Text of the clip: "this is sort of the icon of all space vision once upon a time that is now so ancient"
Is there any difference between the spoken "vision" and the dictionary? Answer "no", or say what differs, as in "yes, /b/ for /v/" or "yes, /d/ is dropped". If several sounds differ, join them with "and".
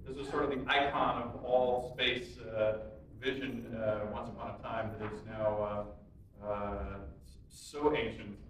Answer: no